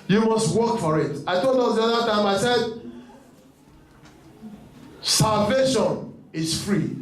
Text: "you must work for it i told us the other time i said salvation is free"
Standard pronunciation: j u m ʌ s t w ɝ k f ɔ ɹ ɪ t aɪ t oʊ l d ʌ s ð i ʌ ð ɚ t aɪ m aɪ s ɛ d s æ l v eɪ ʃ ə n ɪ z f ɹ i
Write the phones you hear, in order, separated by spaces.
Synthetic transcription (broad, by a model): j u m ʌ s t w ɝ k f ɔ ɹ ɪ t aɪ t oʊ l d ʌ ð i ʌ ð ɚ t aɪ m aɪ s ɛ d s æ l v eɪ ʃ ə n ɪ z f ɹ i